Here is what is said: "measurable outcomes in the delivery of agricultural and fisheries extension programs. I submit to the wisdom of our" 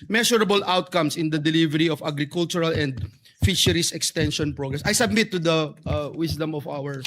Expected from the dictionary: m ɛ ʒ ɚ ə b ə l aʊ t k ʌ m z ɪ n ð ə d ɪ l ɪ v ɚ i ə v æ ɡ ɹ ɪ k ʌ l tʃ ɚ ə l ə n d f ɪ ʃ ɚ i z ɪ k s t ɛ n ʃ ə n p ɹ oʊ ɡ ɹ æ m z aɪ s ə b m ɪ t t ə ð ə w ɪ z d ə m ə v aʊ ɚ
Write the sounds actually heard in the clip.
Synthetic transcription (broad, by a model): m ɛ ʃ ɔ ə b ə l aʊ t k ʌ m s ɪ n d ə d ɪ l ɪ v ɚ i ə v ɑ ɡ ɹ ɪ k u l tʃ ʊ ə l ə n d f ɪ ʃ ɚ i s ɪ k s t ɛ n ʃ ə n p ɹ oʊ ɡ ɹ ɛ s aɪ s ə b m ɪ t t ə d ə w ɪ s d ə m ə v aʊ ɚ